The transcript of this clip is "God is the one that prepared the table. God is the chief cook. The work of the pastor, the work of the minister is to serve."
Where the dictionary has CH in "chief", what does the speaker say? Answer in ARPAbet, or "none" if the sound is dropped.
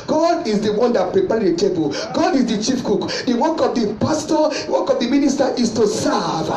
CH